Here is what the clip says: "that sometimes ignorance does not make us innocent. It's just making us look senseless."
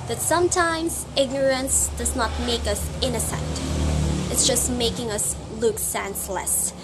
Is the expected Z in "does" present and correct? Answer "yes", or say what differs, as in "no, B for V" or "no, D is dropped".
yes